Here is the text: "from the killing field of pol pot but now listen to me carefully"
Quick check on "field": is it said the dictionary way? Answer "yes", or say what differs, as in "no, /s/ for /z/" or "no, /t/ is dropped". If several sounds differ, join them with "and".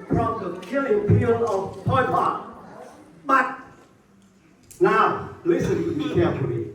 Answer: no, /p/ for /f/ and /d/ is dropped